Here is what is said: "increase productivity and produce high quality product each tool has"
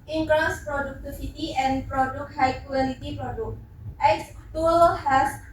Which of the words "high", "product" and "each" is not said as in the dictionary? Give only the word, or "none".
each